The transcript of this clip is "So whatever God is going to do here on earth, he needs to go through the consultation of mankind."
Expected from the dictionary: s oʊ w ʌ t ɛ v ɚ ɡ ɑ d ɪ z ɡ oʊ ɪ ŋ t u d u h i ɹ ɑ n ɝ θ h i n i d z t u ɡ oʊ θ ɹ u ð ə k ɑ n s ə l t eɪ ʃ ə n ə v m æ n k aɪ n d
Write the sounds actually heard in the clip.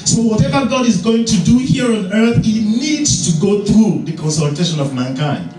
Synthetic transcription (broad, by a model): s oʊ w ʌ t ɛ v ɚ ɡ ɑ d ɪ z ɡ oʊ ɪ ŋ t u d u h i ɹ ɑ n ɝ θ h i n i d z t u ɡ oʊ θ ɹ u ð ə k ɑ n s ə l t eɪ ʃ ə n ə v m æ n k aɪ n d